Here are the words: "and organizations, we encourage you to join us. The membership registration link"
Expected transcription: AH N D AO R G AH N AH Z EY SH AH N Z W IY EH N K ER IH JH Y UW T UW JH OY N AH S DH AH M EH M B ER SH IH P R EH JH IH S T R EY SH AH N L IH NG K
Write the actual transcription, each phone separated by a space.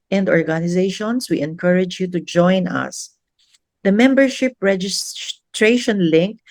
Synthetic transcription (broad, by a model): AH N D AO R G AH N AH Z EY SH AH N S W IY EH N K ER IH JH Y UW T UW JH OY N AH S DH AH M EH M B ER SH IH P R EH JH IH S T R EY SH AH N L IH NG K